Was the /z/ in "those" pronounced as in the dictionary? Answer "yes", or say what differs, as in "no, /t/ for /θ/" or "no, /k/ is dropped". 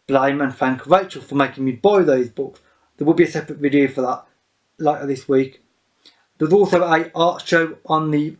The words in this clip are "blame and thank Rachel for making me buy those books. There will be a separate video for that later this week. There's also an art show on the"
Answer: yes